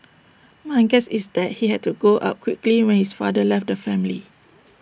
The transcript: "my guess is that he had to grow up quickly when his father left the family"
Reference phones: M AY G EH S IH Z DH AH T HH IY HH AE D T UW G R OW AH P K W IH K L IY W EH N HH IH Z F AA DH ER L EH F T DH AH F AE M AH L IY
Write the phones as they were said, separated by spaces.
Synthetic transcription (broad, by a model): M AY G EH S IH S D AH T HH IY HH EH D T UW G OW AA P K W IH K L IY W EH N HH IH S F AA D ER L EH F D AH F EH M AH L IY